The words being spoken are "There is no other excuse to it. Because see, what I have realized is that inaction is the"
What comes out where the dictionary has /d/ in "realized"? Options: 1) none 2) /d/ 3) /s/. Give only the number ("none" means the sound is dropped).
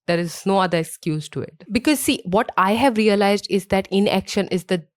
2